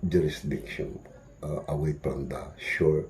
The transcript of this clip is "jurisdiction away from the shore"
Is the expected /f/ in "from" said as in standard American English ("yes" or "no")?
no